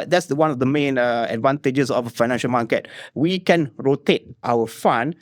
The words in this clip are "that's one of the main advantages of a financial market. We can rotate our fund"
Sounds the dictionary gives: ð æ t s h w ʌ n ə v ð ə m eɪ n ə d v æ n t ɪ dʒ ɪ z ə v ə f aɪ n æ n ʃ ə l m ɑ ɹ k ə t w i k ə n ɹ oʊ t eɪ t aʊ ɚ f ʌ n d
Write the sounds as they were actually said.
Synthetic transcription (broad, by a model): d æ t s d w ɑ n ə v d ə m eɪ n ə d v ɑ n t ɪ dʒ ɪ s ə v ə f aɪ n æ n ʃ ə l m ɑ k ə t w i k ə n ɹ oʊ t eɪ t aʊ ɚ f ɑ n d